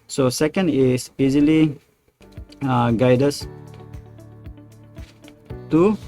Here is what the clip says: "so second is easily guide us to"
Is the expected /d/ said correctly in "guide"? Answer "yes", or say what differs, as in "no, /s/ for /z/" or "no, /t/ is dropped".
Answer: yes